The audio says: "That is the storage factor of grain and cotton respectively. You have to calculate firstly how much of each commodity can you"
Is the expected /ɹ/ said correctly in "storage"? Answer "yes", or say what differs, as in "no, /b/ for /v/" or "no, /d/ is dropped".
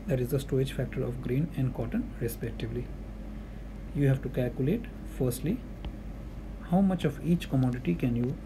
no, /ɹ/ is dropped